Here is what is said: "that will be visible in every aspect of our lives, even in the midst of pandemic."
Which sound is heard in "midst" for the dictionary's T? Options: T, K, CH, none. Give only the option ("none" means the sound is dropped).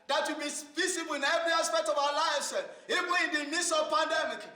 none